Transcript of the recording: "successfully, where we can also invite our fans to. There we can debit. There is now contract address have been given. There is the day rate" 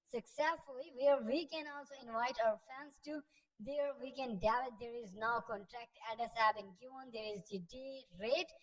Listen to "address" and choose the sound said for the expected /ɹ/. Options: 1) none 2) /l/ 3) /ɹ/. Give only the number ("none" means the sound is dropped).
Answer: 1